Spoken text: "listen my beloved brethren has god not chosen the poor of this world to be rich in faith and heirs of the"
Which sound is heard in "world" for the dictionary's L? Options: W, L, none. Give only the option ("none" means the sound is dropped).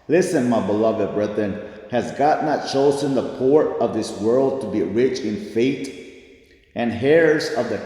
L